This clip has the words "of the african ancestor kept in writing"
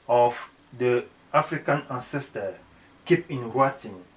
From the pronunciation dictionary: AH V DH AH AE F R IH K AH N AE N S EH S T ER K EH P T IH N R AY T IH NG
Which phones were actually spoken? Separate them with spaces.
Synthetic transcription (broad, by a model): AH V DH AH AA F R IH K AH N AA N S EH S T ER K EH P IH N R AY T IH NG